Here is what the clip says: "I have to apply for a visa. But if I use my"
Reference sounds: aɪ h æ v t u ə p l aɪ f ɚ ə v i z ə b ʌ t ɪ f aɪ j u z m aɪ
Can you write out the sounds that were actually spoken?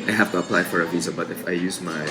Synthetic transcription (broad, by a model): aɪ h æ f t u ə p l aɪ f ɚ ə v i z ə b ʌ t ɪ f aɪ j u z m aɪ